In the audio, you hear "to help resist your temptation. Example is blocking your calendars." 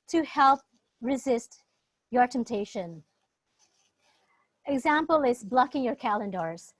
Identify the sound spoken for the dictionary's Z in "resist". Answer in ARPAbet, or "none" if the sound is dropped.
Z